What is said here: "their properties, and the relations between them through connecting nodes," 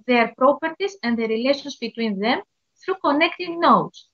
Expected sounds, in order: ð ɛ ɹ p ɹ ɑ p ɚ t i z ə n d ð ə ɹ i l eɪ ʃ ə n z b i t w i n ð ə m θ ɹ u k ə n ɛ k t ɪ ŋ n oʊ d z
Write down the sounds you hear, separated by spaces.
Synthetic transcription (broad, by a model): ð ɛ ɹ p ɹ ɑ p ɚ t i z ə n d ð ə ɹ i l eɪ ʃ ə n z b i t w i n ð ə m θ ɹ u k ə n ɛ k t ɪ ŋ n oʊ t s